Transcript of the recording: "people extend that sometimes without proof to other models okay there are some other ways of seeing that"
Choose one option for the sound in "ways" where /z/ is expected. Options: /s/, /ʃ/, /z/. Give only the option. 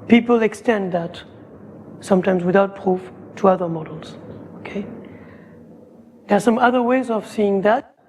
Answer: /z/